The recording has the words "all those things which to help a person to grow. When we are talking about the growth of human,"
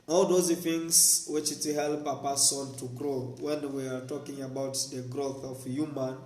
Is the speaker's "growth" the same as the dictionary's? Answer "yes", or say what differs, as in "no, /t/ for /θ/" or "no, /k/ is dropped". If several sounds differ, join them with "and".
yes